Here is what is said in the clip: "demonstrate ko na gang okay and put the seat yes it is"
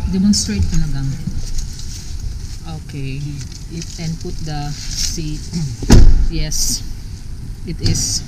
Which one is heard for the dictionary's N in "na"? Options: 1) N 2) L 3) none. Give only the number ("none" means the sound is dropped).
2